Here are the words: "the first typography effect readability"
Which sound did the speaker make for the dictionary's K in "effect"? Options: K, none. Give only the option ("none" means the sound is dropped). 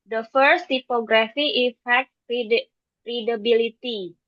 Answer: none